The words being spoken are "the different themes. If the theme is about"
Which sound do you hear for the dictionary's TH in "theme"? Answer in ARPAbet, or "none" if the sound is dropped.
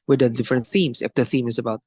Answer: TH